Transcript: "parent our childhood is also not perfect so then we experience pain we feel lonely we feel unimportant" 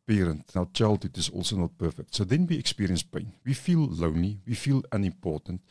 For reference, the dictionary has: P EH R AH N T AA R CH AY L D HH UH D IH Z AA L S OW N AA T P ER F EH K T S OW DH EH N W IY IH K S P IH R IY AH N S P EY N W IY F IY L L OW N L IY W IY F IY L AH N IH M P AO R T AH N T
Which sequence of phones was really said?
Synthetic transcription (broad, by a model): P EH R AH N T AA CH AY L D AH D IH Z AA L S OW N AA T P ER F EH K T S OW DH EH N W IY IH K S P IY R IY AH N S P EY N W IY F IY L L OW N L IY W IY F IY L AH N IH M P AO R T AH N T